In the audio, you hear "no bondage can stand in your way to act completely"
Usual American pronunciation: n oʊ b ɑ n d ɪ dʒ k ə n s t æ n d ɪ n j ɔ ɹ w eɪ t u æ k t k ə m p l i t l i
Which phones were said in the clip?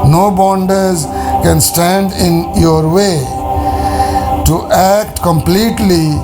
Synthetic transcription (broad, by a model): n oʊ b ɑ n d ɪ z k ə n s t æ n d ɪ n j ɔ ɹ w eɪ t u æ k t k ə m p l i t l i